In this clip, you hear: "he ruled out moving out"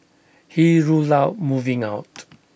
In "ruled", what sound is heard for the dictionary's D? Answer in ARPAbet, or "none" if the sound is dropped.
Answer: none